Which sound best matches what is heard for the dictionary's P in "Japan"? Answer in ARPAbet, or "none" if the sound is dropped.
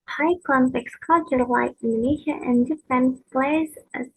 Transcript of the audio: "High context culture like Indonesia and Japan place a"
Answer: F